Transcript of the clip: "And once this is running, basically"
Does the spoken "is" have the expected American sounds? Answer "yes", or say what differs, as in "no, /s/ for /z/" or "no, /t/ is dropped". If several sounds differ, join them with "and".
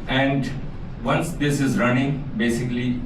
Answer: yes